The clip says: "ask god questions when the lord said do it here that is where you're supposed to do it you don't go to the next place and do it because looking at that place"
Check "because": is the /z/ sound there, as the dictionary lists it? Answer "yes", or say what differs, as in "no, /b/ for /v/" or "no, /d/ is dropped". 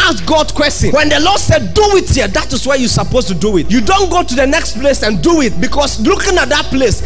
no, /s/ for /z/